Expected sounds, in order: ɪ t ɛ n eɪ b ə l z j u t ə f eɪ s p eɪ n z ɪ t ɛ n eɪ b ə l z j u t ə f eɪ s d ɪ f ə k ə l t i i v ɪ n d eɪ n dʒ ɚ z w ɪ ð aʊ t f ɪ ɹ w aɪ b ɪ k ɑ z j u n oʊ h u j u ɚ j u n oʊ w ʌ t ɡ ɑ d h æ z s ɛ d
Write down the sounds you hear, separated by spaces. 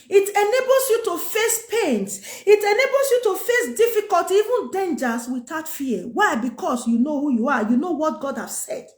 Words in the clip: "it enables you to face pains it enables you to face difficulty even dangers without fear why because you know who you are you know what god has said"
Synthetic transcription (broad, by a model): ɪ t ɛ n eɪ b l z j u t ə f eɪ s p eɪ n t ɪ t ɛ n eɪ b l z j u t ə f eɪ s d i f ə k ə l t i i v ɪ n d eɪ n dʒ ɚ s w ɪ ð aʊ t f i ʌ w aɪ b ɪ k ɑ s j u n oʊ h u j u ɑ j u n oʊ w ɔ t ɡ ɑ d h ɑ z s ɛ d